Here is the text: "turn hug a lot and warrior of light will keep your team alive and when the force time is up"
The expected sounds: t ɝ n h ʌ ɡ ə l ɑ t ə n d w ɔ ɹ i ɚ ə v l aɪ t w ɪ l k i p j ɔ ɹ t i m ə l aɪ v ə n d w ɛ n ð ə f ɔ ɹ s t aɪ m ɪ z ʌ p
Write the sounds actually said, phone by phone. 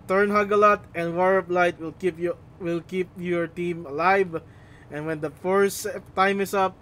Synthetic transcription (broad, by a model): t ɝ n h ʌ ɡ ə l ɑ t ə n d w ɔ ɹ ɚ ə p l aɪ t w ɪ l k i p j ɔ ɹ t i m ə l aɪ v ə n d w ɛ n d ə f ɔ ɹ s t aɪ m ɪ s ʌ p